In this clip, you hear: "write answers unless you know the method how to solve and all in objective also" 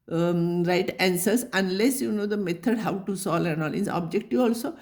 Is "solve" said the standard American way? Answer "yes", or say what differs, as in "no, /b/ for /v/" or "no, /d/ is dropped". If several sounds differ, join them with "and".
no, /v/ is dropped